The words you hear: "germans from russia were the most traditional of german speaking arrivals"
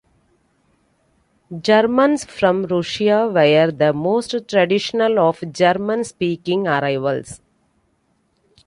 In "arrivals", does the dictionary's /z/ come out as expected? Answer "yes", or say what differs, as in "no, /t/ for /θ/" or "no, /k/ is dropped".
no, /s/ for /z/